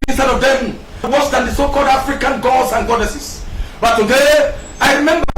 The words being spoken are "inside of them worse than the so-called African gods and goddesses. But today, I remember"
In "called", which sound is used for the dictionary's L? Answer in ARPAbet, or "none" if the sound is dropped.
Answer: L